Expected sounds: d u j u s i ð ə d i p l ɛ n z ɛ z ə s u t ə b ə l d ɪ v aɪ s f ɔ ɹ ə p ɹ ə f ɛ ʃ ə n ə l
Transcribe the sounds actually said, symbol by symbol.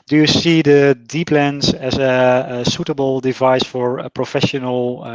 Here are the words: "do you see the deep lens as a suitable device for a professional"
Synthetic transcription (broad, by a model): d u j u s i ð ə d i p l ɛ n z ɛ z ə s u t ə b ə l d ɪ v aɪ s f ɔ ɹ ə p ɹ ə f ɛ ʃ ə n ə l